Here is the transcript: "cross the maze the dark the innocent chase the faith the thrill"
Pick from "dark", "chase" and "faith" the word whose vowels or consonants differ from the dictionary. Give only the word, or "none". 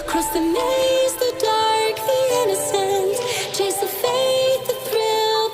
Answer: faith